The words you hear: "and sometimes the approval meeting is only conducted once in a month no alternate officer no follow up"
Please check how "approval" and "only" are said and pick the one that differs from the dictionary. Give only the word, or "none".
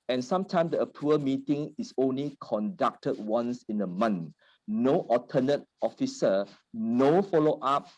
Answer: approval